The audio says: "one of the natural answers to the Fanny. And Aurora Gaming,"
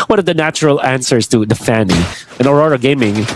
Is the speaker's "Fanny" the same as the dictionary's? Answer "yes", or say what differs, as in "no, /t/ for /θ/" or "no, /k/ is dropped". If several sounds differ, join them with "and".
yes